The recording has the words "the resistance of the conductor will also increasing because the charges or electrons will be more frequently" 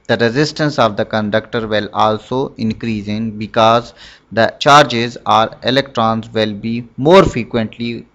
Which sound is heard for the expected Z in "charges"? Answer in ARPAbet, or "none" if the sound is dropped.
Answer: Z